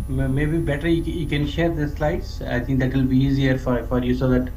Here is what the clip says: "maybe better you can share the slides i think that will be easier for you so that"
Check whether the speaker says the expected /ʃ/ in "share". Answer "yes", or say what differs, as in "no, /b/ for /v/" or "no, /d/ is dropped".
yes